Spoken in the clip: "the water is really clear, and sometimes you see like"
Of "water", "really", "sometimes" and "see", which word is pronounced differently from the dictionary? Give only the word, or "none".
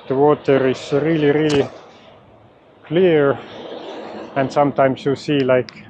sometimes